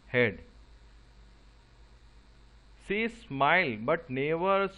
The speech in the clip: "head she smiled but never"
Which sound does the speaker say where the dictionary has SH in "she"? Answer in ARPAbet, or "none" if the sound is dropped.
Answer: S